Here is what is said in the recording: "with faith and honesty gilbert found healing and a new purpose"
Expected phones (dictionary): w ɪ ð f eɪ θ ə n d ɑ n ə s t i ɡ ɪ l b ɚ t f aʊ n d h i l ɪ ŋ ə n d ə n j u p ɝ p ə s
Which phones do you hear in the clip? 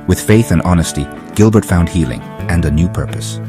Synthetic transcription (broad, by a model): w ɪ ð f eɪ θ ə n ɑ n ə s t i ɡ ɪ l b ɚ t f aʊ n d h i l ɪ ŋ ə n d ə n j u p ɝ p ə s